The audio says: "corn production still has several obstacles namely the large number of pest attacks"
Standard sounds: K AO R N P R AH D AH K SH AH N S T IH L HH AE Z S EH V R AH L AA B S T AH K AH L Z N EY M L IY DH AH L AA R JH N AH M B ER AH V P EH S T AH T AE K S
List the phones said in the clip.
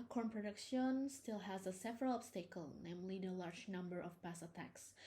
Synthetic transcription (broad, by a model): K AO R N P R AH D AH K SH AH N S T IH L HH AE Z S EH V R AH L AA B S T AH K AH L N EY M L IY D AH L AA R JH N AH M B ER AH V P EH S AH T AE K S